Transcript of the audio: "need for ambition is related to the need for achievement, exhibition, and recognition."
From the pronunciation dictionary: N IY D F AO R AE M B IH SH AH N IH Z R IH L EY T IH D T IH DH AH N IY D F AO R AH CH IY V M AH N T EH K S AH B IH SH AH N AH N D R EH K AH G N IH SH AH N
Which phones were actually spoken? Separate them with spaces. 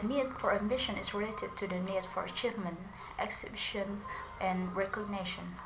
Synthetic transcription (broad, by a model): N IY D F AO R AE M B IH SH AH N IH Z R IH L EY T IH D T IH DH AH N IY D F AO R AH CH IY V M AH N T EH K S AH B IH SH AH N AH N R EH K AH G N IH SH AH N